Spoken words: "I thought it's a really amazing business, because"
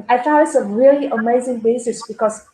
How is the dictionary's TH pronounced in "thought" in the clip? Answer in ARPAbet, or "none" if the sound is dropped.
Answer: F